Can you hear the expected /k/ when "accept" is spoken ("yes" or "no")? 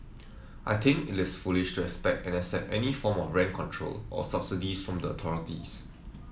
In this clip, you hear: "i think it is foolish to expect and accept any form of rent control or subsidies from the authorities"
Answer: no